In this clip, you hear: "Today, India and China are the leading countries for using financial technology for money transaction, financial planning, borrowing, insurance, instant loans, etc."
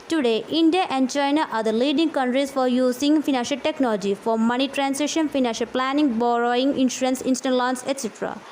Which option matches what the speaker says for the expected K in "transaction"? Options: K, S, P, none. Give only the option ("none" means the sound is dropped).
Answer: none